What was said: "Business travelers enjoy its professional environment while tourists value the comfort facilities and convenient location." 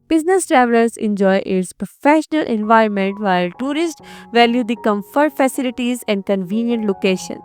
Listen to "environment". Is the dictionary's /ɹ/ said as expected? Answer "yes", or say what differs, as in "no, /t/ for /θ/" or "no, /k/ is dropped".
yes